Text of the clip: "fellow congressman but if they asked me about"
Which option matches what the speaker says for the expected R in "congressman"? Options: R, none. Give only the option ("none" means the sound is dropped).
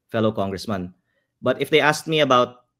R